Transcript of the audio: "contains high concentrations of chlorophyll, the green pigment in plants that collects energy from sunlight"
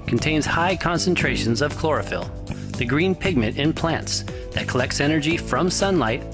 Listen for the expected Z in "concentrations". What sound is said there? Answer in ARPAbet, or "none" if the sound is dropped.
Z